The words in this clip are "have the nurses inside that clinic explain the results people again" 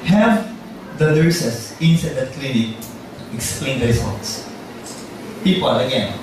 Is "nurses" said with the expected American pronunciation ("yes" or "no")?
no